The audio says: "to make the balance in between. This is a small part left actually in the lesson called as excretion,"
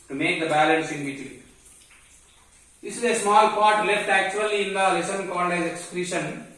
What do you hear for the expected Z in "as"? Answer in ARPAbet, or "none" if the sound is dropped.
S